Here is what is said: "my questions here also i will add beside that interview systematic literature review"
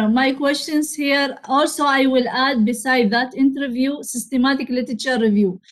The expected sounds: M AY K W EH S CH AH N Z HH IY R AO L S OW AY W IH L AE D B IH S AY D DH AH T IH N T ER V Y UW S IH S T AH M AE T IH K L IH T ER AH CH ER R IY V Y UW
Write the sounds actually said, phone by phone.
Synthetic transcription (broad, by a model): M AY K W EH S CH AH N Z HH IY R AO L S OW AY W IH L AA D B IH S AY D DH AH T IH N T ER V Y UW S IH S T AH M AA T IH K L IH T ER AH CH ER R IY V Y UW